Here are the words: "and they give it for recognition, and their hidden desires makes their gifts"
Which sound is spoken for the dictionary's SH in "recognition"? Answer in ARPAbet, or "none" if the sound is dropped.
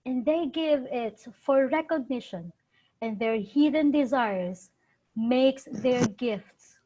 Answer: SH